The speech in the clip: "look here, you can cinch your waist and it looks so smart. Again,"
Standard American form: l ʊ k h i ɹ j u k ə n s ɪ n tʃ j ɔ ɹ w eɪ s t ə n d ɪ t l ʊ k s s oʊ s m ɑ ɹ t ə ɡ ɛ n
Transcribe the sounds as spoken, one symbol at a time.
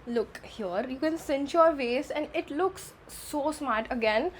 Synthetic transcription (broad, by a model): l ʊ k h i ɹ j u k ə n s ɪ n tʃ j ɔ ɹ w eɪ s ə n d ɪ t l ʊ k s s oʊ s m ɑ ɹ t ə ɡ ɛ n